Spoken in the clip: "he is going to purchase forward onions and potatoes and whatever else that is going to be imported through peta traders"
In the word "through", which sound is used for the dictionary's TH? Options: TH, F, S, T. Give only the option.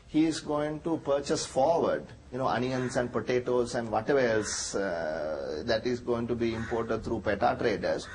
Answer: T